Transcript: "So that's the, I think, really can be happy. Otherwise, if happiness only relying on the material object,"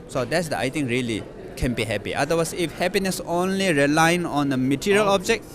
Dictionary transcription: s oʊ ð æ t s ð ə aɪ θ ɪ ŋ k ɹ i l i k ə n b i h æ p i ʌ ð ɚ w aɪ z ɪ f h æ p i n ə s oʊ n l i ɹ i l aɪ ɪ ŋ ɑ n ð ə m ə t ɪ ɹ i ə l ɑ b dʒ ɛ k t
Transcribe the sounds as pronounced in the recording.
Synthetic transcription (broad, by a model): s oʊ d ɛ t s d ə aɪ t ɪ ŋ k ɹ i l i k ə n b i h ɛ p i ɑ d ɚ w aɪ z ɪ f h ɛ p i n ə s oʊ n l i ɹ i l aɪ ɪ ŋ ɑ n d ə m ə t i ɹ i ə l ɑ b dʒ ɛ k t